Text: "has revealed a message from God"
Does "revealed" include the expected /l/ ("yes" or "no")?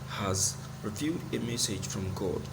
no